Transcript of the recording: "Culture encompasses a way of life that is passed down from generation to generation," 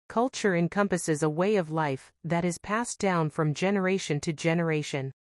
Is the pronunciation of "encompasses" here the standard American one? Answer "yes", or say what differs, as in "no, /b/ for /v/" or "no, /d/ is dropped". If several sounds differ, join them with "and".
yes